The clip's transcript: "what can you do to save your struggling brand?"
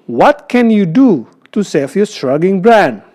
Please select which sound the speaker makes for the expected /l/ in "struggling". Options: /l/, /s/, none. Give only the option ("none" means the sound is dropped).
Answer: none